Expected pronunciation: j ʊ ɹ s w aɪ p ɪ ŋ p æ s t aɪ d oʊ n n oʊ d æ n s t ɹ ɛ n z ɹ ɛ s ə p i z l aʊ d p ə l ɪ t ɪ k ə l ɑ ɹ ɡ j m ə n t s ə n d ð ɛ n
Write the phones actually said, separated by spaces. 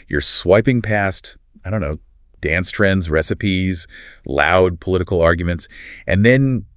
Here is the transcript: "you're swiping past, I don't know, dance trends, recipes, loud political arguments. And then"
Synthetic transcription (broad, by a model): j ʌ ɹ s w aɪ p ɪ ŋ p æ s t aɪ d oʊ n n oʊ d æ n s t ɹ ɛ n z ɹ ɛ s ə p i z l aʊ d p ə l ɪ t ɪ k l ɑ ɹ ɡ j m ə n t s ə n ð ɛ n